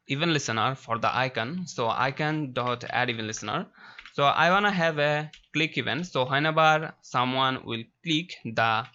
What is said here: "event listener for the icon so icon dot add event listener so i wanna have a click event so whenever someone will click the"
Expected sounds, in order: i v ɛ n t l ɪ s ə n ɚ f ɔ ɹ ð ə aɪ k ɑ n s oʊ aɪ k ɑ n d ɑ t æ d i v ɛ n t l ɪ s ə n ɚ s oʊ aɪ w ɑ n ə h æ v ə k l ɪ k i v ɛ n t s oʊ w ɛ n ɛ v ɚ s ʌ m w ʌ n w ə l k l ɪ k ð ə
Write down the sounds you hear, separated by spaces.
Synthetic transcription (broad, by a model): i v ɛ n l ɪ s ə n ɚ f ɔ ɹ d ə aɪ k ɑ n s oʊ aɪ k ɑ n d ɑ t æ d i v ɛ n l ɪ s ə n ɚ s oʊ aɪ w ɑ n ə h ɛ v ə k l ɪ k i v ɛ n t s oʊ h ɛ n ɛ b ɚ s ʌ m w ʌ n w ə l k l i k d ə